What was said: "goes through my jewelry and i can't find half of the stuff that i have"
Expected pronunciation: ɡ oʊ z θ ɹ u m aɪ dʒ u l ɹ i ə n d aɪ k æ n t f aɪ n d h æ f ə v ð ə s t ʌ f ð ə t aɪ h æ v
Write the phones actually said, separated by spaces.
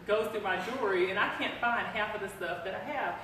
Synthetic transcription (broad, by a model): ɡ oʊ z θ u m aɪ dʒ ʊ ɹ i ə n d aɪ k æ n t f aɪ n d h æ f ə v ð ə s t ʌ f ð ə t aɪ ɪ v